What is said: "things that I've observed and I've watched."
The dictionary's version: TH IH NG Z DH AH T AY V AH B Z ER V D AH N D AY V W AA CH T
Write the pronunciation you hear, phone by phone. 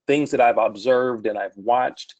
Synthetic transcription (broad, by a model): TH IH NG Z DH AH T AY V AH B Z ER V D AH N AY V W AA CH T